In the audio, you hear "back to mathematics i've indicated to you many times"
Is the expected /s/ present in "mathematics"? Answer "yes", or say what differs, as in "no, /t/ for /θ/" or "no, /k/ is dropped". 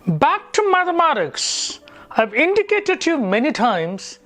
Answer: yes